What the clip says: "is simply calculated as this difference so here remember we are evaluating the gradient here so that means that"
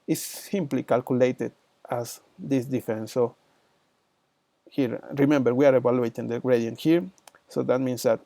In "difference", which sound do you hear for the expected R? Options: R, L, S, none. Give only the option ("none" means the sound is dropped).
none